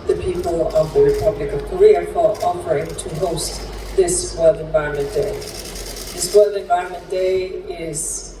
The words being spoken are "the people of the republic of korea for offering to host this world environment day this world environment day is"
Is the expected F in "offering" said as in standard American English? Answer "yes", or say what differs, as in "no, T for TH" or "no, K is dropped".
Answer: no, P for F